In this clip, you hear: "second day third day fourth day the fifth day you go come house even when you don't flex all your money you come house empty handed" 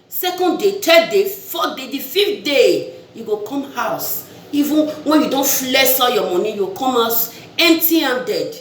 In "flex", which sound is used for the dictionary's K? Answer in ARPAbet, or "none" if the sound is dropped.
none